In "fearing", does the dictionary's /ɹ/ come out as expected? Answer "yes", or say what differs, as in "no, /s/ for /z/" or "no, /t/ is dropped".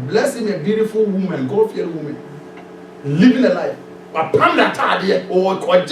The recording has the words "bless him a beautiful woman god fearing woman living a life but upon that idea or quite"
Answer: no, /ɹ/ is dropped